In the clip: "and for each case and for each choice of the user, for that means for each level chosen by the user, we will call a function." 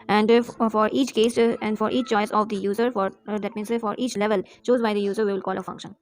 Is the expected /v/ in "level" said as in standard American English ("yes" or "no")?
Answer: yes